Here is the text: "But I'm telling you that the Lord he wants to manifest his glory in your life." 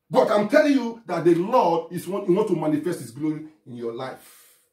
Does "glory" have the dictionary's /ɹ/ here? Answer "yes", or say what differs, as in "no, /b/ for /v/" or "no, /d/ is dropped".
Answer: no, /ɹ/ is dropped